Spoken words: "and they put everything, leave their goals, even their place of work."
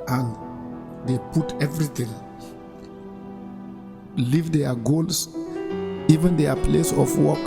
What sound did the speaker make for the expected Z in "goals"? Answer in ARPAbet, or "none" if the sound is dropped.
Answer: S